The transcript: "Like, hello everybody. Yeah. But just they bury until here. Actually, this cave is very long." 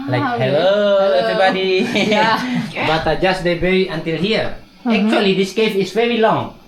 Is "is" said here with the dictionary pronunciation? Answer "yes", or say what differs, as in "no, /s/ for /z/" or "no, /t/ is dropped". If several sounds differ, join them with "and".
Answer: no, /s/ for /z/